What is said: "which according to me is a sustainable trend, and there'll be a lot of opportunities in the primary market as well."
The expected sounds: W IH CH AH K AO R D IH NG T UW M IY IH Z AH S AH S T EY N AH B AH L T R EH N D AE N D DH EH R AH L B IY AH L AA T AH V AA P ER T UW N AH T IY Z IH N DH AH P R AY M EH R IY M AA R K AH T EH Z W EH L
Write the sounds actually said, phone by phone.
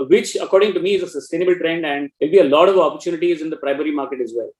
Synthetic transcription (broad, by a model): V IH CH AH K AO R D IH NG T UW M IY IH Z AH S AH S T EY N AH B AH L T R EH N D AE N D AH L B IY AH L AA T AH V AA P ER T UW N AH T IY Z IH N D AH P R AY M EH R IY M AA R K AH T EH Z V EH L